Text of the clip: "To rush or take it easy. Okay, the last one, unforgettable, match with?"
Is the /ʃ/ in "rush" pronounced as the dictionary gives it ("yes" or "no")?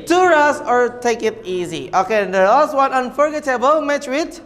no